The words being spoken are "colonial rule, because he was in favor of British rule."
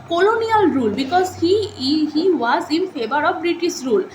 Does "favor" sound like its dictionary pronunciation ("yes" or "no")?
no